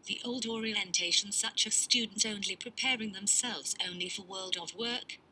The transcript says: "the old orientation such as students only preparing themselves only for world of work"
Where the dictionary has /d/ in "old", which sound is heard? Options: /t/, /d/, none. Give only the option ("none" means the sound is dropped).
/d/